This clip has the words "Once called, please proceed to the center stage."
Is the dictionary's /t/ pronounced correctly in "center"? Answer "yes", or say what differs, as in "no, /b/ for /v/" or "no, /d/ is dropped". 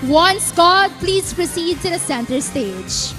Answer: yes